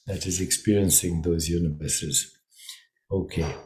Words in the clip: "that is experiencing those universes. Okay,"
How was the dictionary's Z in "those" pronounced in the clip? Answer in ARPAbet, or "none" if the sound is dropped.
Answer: Z